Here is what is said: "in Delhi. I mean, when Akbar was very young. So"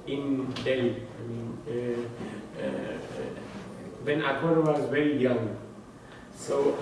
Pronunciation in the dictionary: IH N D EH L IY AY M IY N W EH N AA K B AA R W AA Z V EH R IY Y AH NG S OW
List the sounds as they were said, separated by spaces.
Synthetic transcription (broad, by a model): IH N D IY AY M IY N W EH N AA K AA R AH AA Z V EH R IY Y AH NG S OW